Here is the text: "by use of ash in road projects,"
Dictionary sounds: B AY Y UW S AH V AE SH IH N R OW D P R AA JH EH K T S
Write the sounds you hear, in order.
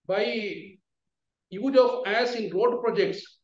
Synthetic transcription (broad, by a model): B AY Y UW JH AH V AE S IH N R OW D P R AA JH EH K T S